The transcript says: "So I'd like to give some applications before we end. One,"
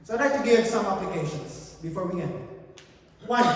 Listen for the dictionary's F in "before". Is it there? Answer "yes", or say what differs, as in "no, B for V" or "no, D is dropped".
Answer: yes